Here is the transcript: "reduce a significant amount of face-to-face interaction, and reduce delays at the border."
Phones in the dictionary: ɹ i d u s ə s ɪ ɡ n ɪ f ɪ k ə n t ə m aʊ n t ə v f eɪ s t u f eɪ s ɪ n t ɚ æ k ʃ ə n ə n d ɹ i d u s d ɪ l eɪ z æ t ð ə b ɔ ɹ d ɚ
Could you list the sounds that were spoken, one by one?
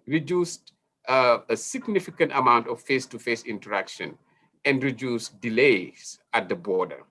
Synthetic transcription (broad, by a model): ɹ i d u s ə s ɪ ɡ n ɪ f ɪ k ə n t ə m aʊ n t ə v f eɪ s t u f eɪ s ɪ n t ɚ æ k ʃ ə n ə n d ɹ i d u s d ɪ l eɪ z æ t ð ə b ɔ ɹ d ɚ